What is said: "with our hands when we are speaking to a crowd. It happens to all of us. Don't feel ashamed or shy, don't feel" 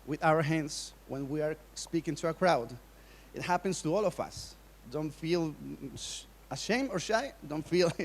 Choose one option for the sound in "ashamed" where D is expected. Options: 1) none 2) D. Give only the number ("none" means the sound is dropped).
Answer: 1